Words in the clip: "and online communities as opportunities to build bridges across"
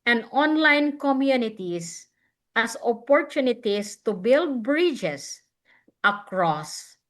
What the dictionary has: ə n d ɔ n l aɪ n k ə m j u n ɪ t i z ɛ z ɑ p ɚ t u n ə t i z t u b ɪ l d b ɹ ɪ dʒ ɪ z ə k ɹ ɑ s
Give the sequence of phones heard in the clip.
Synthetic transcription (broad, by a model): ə n d ɔ n l aɪ n k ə m j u n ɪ t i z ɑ s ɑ p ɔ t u n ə t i s t u b ɪ l d b ɹ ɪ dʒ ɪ s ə k ɹ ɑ s